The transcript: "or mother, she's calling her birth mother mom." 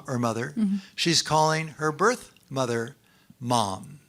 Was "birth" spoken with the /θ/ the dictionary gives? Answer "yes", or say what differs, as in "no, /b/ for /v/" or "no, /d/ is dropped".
yes